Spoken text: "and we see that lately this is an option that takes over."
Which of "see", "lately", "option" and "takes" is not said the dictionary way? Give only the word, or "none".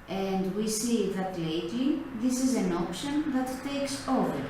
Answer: none